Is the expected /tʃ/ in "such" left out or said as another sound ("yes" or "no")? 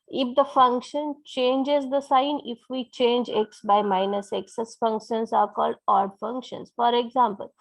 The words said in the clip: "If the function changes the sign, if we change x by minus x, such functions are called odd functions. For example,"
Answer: yes